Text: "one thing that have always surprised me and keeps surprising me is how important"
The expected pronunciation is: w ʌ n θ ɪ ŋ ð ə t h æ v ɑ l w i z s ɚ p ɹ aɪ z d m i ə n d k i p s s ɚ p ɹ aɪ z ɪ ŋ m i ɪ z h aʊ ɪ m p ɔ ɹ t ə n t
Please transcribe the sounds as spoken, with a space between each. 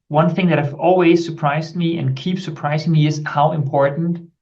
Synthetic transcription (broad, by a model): w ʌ n θ ɪ ŋ ð ə t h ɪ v ɑ l w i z s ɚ p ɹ aɪ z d m i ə n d k i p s s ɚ p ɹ aɪ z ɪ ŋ m i ɪ z h aʊ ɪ m p ɔ ɹ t n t